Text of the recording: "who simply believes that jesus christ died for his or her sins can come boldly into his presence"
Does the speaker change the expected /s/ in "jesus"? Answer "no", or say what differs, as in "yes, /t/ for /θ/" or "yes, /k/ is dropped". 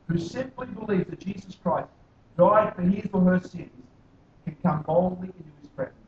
no